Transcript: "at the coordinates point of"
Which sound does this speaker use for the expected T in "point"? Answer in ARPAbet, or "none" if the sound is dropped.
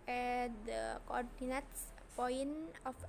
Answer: none